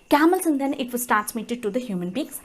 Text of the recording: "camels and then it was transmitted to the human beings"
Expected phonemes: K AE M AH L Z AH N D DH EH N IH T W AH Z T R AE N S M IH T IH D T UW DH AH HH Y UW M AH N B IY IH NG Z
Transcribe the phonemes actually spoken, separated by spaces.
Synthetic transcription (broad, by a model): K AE M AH L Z AH N D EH N IH T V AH S T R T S M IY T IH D T UW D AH HH Y UW M AH N B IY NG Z